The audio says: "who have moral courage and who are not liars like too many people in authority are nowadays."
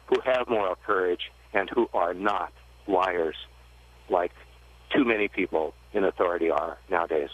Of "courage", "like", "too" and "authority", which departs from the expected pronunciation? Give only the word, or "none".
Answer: none